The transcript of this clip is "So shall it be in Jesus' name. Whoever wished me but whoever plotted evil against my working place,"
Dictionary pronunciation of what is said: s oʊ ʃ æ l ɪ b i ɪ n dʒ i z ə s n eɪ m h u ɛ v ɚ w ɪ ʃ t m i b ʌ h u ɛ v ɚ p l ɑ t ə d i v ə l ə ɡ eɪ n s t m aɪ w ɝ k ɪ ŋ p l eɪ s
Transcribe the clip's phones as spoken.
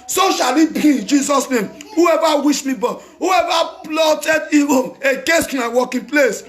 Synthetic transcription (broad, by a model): s oʊ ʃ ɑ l ɪ b i ɪ n dʒ i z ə s n eɪ m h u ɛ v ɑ w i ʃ m i b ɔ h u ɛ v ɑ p l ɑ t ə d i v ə n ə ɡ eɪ s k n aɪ w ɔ k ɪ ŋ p l eɪ s